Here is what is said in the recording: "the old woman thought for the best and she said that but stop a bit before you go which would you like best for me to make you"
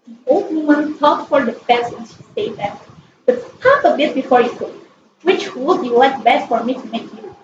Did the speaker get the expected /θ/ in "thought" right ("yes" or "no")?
no